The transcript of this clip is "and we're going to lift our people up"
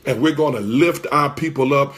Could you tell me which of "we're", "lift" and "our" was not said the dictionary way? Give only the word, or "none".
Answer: none